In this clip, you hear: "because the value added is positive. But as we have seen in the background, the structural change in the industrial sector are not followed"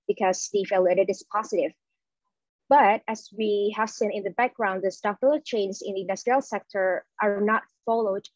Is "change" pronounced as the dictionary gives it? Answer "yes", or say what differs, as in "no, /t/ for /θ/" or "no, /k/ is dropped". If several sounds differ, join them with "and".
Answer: no, /z/ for /dʒ/